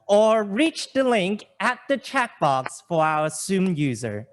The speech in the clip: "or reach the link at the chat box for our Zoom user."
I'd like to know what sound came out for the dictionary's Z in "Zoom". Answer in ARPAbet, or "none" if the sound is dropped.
S